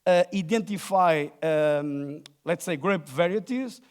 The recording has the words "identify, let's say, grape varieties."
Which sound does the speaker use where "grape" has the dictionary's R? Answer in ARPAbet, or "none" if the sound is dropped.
R